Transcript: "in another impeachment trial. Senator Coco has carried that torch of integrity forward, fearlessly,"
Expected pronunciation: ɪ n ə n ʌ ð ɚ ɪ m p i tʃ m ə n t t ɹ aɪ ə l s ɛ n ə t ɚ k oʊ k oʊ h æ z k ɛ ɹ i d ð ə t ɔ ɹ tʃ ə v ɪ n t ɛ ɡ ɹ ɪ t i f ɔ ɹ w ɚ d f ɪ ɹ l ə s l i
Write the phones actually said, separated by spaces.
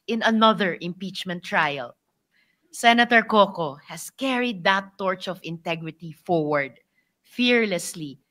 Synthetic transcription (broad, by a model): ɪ n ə n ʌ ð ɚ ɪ m p i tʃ m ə n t t ɹ aɪ ə l s ɛ n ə t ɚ k oʊ k oʊ h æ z k ɛ ɹ i d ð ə t ɔ ɹ tʃ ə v ɪ n t ɛ ɡ ɹ ɪ t i f ɔ ɹ w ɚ d f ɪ ɹ l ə s l i